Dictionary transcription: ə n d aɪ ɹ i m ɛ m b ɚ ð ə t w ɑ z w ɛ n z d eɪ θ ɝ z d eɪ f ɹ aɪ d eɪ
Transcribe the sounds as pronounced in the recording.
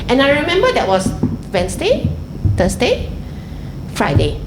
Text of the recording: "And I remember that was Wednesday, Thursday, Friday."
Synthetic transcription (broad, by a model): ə n aɪ ɹ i m ɛ m b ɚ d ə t w ɑ s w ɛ n s d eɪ t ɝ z d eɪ f ɹ aɪ d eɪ